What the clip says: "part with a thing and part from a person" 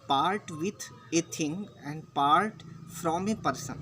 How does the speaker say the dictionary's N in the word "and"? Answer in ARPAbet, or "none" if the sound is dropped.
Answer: N